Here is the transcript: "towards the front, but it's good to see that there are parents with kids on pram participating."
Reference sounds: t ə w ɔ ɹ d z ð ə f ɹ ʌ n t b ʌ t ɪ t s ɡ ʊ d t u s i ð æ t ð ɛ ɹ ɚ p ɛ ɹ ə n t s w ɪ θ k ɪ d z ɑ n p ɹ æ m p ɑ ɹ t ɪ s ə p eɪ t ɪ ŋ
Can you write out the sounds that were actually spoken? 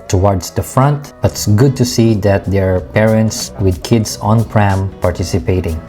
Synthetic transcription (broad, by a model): t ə w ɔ ɹ d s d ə f ɹ ʌ n t b ʌ t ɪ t s ɡ ʊ d t u s i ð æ t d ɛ ɹ p ɛ ɹ ə n t s w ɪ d k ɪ d s ɑ n p ɹ æ m p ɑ ɹ t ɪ s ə p eɪ t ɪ ŋ